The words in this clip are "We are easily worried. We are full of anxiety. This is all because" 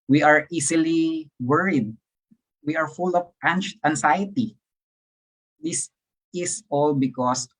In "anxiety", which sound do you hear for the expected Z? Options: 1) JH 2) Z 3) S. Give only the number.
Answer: 3